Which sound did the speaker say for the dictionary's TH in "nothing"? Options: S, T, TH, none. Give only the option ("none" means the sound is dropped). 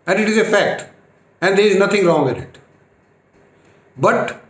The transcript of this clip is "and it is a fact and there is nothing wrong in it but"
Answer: T